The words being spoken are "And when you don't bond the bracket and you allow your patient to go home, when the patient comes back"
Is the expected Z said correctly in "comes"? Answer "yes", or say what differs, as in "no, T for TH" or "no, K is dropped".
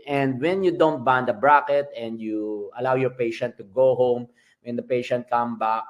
no, Z is dropped